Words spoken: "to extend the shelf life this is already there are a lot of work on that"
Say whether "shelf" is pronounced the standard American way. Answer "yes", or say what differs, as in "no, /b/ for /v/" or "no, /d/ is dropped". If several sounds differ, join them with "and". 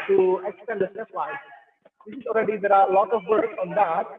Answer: no, /l/ is dropped